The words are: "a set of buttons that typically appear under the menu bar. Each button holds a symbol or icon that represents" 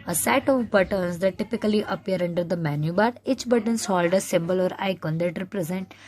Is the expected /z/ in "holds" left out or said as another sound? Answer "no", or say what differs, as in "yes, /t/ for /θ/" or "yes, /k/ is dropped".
yes, /z/ is dropped